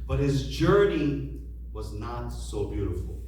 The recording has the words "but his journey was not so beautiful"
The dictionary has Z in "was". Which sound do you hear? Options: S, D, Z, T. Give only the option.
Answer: Z